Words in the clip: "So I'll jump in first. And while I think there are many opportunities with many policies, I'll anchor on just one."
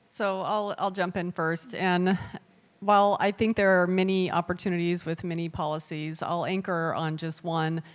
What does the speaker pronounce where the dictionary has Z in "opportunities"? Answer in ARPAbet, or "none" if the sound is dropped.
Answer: Z